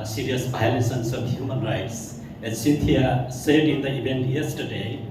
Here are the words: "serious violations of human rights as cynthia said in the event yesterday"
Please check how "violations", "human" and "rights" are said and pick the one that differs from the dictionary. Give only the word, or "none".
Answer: violations